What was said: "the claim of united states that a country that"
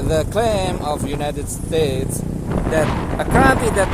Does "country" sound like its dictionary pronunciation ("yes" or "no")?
no